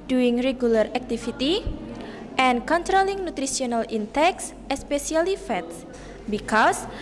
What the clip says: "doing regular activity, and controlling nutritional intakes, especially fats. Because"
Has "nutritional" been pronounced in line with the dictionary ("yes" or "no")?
no